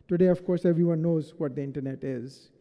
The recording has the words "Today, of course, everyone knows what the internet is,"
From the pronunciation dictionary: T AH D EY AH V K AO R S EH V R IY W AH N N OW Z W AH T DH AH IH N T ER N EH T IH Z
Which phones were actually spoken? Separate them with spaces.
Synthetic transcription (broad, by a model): T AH D EY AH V K AO R S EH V R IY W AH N N OW Z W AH T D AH IH N T ER N EH T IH Z